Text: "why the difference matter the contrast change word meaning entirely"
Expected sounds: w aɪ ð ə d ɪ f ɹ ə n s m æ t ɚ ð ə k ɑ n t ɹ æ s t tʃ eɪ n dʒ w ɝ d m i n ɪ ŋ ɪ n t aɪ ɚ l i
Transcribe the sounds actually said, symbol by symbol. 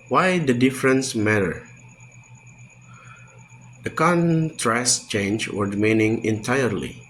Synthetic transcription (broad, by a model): w aɪ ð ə d ɪ f ɹ ə n s m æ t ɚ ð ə k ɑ n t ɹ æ s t tʃ eɪ n dʒ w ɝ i m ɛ n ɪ ŋ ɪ n t aɪ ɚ l i